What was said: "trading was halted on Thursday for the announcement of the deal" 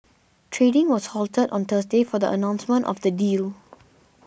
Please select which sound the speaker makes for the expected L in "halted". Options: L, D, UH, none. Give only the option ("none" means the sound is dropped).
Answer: L